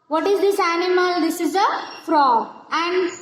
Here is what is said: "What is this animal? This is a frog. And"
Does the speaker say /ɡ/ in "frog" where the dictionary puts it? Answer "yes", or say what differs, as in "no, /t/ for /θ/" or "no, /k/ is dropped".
no, /ɡ/ is dropped